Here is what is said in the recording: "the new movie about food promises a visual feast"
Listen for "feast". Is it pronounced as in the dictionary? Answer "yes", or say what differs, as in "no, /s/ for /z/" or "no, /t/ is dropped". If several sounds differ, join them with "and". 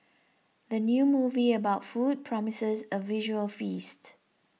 yes